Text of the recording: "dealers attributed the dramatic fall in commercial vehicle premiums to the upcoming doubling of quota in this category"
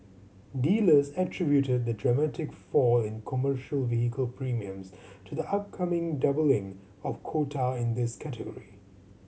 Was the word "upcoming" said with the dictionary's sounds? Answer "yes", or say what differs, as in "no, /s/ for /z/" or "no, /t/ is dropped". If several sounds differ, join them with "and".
yes